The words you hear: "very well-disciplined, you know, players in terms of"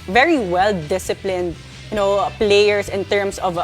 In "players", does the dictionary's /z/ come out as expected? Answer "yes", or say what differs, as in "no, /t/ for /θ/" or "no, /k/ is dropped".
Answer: no, /s/ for /z/